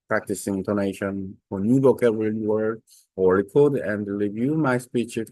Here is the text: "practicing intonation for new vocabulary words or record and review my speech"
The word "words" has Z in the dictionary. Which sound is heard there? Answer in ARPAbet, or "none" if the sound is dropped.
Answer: none